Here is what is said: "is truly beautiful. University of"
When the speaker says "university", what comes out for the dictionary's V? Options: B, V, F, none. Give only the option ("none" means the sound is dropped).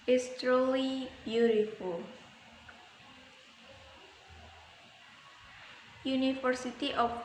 F